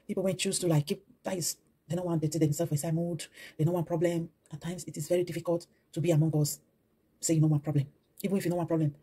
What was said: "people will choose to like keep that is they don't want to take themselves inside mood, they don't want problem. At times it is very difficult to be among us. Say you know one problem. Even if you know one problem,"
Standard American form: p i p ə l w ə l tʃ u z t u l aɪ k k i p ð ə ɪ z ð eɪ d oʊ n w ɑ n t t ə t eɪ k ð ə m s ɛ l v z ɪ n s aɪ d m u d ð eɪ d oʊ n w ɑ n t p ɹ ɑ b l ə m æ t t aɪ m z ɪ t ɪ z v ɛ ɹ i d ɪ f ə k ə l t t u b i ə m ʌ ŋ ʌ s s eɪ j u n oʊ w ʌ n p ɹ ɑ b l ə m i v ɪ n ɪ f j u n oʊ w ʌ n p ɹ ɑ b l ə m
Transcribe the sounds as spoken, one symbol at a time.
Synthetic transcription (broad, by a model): p i p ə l w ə n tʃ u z t u l aɪ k k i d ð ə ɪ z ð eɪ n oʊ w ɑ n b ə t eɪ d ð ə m s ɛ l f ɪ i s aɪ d m u d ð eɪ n oʊ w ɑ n p ɹ ɑ b l ə m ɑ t t aɪ m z ɪ t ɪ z v ɛ ɹ i d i f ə k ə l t t u b i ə m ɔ ŋ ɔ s s eɪ j u n oʊ w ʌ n p ɹ ɑ b l ə m i v ɪ n ɪ f j u n oʊ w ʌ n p ɹ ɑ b l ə m